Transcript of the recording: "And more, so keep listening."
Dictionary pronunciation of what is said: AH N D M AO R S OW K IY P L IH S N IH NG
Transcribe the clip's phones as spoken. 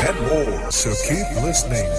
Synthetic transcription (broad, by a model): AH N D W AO L S OW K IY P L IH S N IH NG